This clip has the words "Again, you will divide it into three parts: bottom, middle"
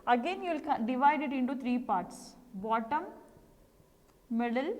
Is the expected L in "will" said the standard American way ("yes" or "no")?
no